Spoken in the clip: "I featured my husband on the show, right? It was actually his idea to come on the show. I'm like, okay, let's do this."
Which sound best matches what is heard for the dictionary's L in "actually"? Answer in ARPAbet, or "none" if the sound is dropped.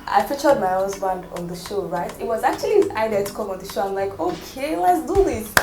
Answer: none